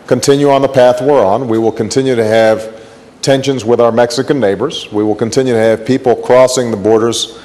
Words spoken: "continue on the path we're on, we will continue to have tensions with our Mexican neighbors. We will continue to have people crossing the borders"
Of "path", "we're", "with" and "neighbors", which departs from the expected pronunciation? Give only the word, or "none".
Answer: none